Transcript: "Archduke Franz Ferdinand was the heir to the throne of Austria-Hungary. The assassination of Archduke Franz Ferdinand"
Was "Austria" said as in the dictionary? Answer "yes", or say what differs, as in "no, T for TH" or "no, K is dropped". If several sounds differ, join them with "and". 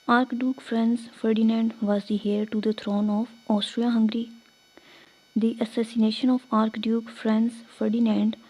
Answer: yes